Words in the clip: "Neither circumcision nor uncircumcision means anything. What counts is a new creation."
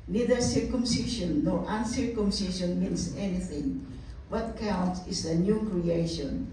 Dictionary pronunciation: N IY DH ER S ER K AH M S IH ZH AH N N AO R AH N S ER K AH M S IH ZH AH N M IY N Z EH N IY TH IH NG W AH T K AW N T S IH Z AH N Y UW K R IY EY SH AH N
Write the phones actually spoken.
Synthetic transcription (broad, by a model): N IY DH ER S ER K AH M S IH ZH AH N N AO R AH N S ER K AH M S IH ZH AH N M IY N S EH N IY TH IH NG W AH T K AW N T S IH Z AH N Y UW K R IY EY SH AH N